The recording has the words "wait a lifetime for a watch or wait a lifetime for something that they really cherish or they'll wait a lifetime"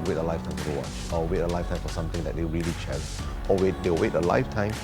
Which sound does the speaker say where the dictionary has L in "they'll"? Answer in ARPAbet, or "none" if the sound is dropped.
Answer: W